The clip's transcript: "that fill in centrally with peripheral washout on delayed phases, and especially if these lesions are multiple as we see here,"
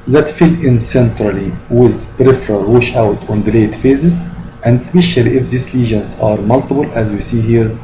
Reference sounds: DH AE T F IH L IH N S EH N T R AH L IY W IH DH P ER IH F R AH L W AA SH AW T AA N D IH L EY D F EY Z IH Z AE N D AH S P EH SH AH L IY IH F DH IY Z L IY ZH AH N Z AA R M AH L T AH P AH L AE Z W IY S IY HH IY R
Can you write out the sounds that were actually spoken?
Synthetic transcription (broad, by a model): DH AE T F IH L IH N S EH N T R AH L IY W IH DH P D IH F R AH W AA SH AW T AA N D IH L EY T F EY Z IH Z AE N D S P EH SH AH L IY IH F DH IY S L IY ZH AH N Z AA R M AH L T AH B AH L AE Z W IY S IY HH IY R